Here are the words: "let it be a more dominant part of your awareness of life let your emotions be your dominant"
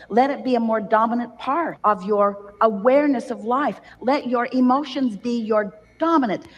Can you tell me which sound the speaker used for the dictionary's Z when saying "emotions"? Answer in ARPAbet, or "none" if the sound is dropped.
Z